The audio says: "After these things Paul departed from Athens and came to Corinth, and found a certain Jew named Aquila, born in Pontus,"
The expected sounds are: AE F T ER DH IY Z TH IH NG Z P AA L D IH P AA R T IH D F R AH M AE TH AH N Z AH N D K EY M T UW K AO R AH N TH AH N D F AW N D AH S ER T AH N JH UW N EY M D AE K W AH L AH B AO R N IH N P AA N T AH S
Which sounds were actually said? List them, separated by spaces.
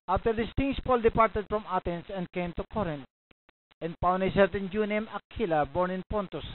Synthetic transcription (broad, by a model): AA F T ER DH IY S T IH NG S P AA L D IH P AA R T IH D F R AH M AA T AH N S AH N D K EY M T UW K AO R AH N T AH N D P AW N AH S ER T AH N JH UW N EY M AA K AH L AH B AO R N IH N P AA N T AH S